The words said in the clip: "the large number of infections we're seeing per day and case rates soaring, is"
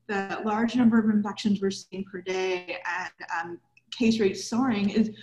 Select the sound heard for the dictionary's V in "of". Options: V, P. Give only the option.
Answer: V